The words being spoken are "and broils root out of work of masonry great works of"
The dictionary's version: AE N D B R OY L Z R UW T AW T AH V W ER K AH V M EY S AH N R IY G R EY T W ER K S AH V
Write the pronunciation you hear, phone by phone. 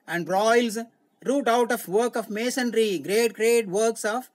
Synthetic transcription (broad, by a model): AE N D R OY L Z R UW T AW T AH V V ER K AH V M EY S AH N R IY G R EY T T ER K S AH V